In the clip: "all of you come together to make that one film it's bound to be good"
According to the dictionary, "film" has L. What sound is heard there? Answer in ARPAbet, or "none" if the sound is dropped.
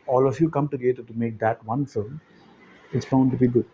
none